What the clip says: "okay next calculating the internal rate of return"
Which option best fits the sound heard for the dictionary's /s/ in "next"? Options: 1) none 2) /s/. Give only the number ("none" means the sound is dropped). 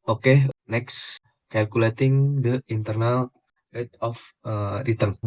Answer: 2